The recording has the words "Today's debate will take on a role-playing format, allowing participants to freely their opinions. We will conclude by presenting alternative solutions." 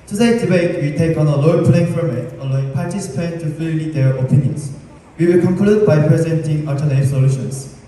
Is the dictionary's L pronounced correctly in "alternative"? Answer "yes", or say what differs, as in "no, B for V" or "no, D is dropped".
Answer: no, L is dropped